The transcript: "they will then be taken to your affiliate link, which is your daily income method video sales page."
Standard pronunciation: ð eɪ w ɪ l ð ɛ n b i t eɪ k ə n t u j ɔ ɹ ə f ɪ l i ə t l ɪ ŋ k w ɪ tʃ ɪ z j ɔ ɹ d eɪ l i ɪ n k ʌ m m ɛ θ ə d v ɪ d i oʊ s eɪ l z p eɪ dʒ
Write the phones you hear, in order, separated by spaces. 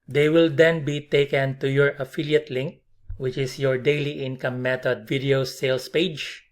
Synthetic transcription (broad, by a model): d eɪ w ɪ l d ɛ n b i t eɪ k ə n t u j ɔ ɹ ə f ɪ l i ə t l ɪ ŋ k w ɪ tʃ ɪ s j ɔ ɹ d eɪ l i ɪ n k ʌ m m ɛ t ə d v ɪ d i oʊ s eɪ l s p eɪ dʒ